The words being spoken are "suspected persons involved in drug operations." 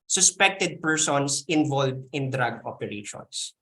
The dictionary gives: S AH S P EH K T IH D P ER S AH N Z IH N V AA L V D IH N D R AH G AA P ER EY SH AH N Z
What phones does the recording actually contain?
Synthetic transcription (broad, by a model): S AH S P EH K T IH D P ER S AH N S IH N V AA L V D IH N D R AH G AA P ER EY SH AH N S